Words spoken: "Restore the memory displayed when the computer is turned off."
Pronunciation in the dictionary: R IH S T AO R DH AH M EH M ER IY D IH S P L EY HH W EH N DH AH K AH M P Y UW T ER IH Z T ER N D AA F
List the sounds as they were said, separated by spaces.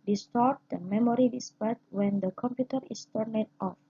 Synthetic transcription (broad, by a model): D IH S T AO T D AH M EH M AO IY D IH S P EY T W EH N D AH K AH M P Y UW T ER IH S T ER N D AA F